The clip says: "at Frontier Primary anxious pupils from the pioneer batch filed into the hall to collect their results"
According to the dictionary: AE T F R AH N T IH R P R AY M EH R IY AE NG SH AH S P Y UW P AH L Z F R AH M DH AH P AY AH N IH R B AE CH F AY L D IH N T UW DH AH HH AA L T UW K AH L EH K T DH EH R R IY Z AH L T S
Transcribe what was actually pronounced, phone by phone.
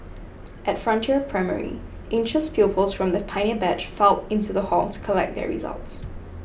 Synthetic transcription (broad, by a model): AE T F R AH N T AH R P R AY M EH R IY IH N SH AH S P Y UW P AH L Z F R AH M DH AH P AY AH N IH B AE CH F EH L IH N T UW DH AH HH AA L T UW K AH L EH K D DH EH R R IY Z AH L T S